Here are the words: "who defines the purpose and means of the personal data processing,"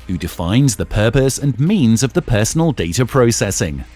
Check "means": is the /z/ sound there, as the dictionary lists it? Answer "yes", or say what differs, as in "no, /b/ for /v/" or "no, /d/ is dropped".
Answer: yes